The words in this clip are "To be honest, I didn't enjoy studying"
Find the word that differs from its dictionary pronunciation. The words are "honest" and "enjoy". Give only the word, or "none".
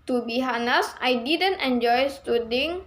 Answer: honest